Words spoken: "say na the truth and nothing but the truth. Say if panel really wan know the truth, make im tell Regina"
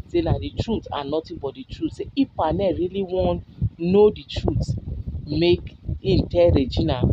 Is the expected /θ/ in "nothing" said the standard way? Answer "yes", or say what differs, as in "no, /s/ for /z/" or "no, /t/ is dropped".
no, /t/ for /θ/